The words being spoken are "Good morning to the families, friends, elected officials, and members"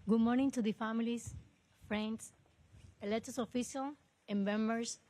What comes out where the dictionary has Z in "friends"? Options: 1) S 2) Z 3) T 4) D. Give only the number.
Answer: 1